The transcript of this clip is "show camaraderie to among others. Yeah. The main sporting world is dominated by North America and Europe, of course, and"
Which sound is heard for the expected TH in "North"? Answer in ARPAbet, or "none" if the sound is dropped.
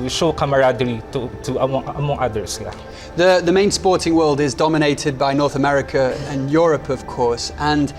TH